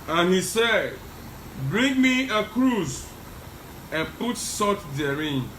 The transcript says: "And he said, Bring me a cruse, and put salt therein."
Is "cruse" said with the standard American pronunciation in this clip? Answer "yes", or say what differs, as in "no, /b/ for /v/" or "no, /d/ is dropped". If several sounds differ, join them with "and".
yes